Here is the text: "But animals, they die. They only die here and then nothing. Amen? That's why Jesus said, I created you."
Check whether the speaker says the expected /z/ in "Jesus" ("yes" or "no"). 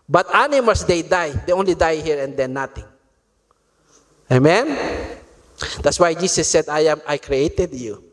no